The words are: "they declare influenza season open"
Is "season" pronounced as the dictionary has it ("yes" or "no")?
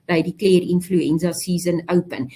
no